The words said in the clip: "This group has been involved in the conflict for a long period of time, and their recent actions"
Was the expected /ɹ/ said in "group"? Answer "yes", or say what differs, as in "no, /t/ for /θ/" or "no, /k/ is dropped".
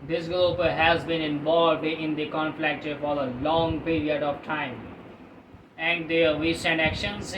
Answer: no, /l/ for /ɹ/